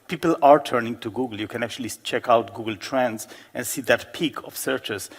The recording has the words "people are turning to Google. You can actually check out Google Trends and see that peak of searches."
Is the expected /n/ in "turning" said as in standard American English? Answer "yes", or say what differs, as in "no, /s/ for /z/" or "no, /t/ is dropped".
yes